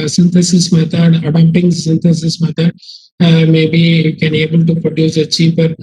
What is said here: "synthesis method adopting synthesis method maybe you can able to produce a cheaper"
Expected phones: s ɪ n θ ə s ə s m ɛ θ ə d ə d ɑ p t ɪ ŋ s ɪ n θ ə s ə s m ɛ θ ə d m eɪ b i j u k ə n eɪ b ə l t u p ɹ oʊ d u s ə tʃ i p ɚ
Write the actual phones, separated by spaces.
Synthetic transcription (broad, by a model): s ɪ n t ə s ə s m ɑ t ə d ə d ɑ t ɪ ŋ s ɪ n t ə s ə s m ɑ t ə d m eɪ b i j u k ə n eɪ b ə l t u p ɹ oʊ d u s ə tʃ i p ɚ